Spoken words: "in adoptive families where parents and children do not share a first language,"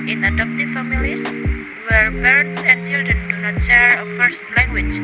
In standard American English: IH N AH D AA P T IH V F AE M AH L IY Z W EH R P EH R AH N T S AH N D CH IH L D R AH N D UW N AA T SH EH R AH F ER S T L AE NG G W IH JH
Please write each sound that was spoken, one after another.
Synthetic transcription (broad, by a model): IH N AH D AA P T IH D F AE M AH L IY S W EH R B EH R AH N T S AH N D CH IH L D R AH N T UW N AA T SH EH R AH F ER S T L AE NG G W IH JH